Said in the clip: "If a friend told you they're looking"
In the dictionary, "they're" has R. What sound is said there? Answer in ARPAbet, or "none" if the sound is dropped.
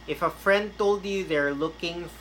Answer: R